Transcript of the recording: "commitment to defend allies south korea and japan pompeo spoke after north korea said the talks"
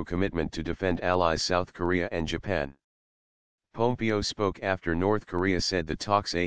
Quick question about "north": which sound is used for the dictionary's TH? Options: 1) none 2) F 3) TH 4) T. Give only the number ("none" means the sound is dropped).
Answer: 3